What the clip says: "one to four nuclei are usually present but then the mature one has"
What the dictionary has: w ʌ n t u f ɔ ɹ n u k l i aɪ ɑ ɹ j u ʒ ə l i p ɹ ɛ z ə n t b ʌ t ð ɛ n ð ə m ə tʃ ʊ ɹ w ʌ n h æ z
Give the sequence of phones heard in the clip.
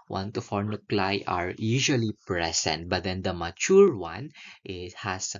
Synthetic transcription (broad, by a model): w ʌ n t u f ɔ ɹ n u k l aɪ ɑ ɹ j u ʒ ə l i p ɹ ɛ s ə n t b ʌ t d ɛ n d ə m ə tʃ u ɹ w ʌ n h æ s